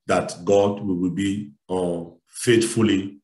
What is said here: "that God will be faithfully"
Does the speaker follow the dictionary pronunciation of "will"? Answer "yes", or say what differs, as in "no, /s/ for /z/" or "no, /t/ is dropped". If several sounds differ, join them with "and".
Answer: no, /w/ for /l/